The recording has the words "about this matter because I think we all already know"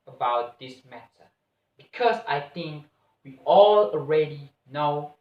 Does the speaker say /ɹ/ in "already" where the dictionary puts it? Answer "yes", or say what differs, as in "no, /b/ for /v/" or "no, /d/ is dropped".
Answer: yes